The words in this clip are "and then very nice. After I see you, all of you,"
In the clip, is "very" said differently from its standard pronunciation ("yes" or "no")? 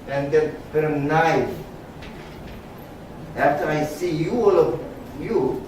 yes